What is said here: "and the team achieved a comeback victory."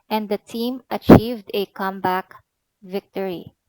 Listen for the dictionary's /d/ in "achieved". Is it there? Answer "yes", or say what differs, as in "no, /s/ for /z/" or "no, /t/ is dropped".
yes